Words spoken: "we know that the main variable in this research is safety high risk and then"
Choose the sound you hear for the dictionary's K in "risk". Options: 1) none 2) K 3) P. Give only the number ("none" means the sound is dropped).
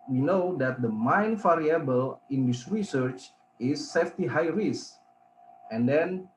1